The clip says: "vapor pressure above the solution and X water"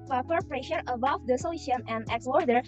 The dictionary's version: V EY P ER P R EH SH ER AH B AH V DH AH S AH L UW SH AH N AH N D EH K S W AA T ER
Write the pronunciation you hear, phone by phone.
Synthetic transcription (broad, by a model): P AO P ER P R EH SH ER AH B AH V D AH S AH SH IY AH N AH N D EH K S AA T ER